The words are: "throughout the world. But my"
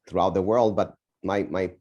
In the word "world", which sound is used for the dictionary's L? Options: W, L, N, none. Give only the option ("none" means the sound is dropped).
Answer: L